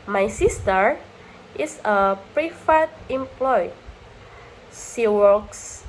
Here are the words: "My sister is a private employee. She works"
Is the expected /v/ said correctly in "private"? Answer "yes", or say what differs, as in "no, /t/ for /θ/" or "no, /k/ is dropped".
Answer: no, /f/ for /v/